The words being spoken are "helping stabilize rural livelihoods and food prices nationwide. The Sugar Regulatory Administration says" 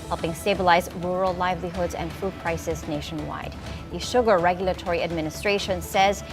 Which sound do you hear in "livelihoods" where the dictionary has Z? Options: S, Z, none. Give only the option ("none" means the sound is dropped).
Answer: Z